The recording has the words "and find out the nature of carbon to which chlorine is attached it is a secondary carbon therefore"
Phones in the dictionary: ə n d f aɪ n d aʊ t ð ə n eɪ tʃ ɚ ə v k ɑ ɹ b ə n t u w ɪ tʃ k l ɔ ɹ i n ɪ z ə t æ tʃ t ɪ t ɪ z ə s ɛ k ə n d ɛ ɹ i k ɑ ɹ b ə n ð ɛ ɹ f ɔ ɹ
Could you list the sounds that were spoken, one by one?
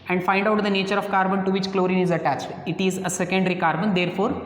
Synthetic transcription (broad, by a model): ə n d f aɪ n d aʊ t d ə n eɪ tʃ ɚ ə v k ɑ ɹ b ə n t u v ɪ tʃ k l ɔ ɹ i n ɪ z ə t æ tʃ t ɪ t ɪ z ə s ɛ k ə n d ɹ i k ɑ ɹ b ə n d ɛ ɹ f ɔ ɹ